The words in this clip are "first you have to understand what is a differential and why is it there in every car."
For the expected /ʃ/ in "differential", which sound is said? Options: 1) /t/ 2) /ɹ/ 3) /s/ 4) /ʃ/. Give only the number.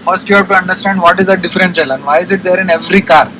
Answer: 3